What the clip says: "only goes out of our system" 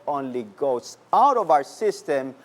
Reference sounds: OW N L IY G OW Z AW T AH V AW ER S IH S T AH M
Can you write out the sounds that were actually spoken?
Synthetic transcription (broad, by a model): OW N L IY G OW S AW T AH V AW ER S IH S T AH M